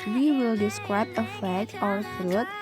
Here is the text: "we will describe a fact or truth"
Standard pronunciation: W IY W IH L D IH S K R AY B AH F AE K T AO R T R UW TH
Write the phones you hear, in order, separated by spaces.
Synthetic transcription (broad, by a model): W IY W IH L D IH S K R AY B AH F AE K AO R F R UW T